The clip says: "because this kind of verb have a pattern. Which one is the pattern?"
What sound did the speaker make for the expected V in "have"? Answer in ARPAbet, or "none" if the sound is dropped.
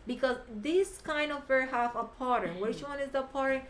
F